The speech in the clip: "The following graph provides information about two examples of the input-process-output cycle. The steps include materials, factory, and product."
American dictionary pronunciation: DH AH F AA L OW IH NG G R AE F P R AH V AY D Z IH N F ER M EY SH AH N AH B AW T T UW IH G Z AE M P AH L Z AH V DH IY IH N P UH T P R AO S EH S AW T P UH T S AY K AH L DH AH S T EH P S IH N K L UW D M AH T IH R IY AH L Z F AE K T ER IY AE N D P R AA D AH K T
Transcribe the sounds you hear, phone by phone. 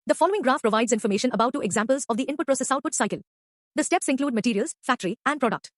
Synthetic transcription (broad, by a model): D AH F AA L OW IH NG G R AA F P R AH V AY D Z IH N F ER M EY SH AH N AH B AW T T UW IH G Z AE M P AH L Z AH V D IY IH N P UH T P R AO S EH S AW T P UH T S AY K AH L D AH S T EH P S IH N K L UW D M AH T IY R IY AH L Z F AE K T ER IY AE N D P R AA D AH K T